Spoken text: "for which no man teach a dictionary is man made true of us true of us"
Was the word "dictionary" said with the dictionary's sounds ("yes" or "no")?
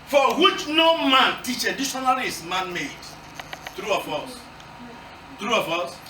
no